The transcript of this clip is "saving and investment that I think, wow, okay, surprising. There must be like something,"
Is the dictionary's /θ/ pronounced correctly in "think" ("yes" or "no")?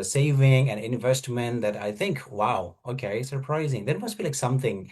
yes